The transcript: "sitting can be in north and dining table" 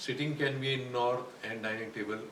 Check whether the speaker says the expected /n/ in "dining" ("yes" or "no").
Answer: no